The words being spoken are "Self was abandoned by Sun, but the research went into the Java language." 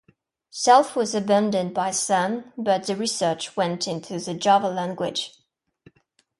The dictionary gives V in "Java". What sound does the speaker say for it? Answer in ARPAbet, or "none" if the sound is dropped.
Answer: V